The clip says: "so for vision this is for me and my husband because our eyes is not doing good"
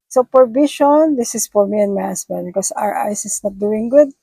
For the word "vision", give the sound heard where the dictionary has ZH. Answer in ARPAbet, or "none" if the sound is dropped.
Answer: SH